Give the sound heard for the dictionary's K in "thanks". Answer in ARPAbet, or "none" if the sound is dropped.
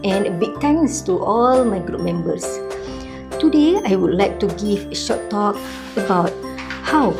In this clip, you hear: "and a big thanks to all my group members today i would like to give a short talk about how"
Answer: none